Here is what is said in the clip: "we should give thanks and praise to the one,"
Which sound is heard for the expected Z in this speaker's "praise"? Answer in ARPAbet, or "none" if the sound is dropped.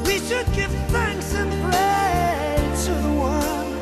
none